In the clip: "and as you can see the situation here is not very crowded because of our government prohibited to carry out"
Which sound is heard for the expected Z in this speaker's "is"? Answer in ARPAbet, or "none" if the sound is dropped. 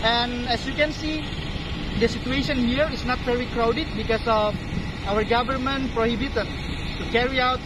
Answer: S